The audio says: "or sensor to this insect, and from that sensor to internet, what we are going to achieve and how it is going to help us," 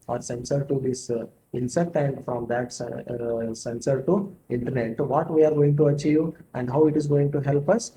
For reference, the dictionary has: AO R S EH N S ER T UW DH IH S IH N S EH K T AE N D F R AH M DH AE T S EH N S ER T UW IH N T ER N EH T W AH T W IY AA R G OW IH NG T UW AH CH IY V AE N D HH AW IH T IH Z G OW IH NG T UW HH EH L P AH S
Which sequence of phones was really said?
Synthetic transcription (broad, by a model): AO R S EH N S ER T UW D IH S IH N S EH K T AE N D F R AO M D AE T S EH N S ER T UW IH N T ER N EH T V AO T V IY AA R G OW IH NG T UW AH CH IY V AE N D HH AW IH T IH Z G OW IH NG T UW HH EH L P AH S